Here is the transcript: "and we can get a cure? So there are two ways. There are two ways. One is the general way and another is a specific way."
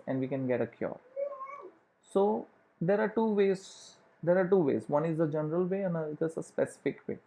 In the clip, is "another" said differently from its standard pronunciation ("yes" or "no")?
yes